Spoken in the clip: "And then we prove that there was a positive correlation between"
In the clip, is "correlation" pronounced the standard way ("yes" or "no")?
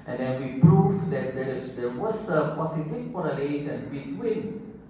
no